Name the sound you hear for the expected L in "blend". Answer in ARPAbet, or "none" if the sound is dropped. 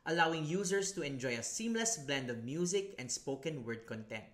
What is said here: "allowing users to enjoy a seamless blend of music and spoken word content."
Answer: L